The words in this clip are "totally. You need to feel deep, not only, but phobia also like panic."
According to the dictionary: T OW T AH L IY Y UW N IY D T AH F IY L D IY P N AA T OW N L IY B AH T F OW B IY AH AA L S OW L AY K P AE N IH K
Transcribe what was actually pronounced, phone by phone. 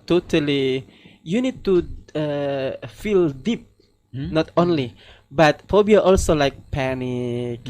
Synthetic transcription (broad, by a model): T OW T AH L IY Y UW N IY D T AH F IY L D IY P N AA T OW N L IY B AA T P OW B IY AA L S OW L AY K P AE N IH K